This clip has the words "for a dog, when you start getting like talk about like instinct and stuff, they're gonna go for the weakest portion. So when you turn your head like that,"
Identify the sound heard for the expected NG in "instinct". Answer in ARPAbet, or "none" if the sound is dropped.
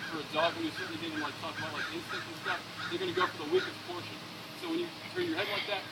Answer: none